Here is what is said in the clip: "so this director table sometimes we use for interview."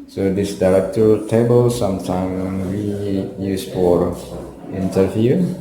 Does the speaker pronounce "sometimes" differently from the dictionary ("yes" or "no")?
yes